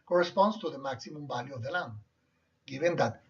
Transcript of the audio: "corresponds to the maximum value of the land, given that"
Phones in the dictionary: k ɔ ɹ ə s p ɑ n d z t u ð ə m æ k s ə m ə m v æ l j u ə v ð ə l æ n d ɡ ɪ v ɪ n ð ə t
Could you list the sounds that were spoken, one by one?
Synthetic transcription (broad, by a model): k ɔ ɹ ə s p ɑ n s t u ð ə m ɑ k s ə m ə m b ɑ l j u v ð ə l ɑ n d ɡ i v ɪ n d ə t